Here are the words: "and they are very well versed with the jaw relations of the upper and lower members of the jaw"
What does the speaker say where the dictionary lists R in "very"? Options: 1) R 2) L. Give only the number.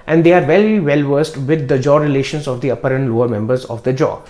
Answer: 2